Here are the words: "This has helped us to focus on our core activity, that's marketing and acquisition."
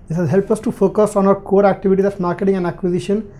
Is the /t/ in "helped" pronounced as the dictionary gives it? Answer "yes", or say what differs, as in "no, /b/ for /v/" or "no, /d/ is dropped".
no, /t/ is dropped